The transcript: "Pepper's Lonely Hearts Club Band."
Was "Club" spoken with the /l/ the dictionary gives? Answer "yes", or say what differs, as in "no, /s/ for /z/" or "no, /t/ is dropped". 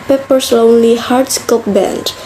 no, /l/ is dropped